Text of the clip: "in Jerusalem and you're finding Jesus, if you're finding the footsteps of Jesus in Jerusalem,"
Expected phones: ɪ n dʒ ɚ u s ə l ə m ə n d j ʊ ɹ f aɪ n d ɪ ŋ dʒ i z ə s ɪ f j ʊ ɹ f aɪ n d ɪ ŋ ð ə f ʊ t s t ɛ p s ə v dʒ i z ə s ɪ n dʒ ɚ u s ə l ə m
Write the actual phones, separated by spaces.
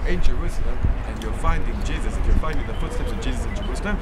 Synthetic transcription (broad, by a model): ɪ n dʒ ɚ u s ə l ə m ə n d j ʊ f aɪ n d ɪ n dʒ i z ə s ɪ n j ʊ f aɪ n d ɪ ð ð ə f ʊ t s t ɛ p s ə v dʒ i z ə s ɪ n dʒ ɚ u s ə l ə m